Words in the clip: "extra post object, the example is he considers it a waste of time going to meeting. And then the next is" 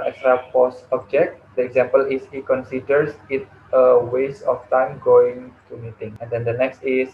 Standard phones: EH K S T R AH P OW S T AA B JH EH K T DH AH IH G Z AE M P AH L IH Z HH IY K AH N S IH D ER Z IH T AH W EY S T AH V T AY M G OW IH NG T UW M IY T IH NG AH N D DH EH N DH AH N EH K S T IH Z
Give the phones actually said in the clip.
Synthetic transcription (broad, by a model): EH K S T R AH P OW S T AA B JH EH K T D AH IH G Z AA M P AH L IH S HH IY K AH N S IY D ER S IH T AH W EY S AH F T AY M G OW IH NG T UW M IY T IH NG AH N D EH N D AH N EH K S T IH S